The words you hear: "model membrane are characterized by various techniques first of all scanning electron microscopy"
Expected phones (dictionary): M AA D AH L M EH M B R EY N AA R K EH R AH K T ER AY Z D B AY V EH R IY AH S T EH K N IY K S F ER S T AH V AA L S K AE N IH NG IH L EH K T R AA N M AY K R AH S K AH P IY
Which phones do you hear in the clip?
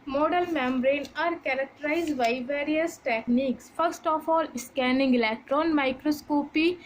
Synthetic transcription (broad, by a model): M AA D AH L M EH M B R EY N AA R K EH R AH K T ER AY Z D B AY V EH R IY AH S T EH K N IY K S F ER S T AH F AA L S K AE N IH NG IH L EH K T R AA N M AY K R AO S K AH P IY